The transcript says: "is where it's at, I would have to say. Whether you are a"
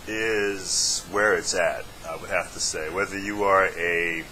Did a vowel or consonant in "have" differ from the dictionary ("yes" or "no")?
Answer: yes